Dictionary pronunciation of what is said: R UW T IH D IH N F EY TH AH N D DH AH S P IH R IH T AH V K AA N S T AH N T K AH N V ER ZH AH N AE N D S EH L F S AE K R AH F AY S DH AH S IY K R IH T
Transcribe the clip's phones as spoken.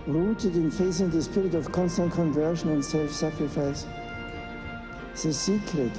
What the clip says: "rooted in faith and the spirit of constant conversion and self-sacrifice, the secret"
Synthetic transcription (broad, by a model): R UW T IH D IH N F EY S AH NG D DH AH S P IH R IH T AH V K AA N S T AH N T K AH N V ER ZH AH N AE N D S EH L F S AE K R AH F AY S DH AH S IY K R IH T